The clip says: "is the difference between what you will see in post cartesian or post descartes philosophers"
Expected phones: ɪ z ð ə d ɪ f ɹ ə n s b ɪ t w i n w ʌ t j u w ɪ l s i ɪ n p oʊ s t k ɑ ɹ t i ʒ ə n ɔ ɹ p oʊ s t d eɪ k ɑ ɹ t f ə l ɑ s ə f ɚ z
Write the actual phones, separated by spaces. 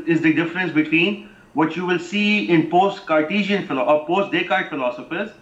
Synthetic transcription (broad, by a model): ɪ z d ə d ɪ f ɹ ə n s b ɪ t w i n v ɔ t j u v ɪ l s i ɪ n p oʊ s t k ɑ ɹ t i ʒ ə n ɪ l p oʊ s t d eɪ k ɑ ɹ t f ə l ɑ s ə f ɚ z